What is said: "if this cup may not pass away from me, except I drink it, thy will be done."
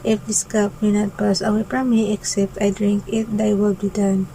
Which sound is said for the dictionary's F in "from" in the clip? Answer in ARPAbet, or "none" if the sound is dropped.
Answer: P